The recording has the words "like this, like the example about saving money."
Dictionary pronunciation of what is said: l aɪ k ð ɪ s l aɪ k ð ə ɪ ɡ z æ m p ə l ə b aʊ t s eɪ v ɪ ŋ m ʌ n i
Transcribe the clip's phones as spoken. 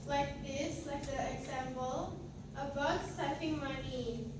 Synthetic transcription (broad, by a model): l aɪ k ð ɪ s l aɪ k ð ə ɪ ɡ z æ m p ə l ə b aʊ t s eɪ f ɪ ŋ m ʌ n i